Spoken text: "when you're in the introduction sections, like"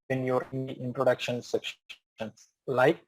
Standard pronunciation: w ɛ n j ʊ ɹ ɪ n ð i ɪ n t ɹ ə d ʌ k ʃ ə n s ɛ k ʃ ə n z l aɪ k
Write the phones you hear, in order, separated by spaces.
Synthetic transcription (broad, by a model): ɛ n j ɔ ɹ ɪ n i ɪ n t ɹ ə d ʌ k ʃ ə n s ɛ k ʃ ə n s l aɪ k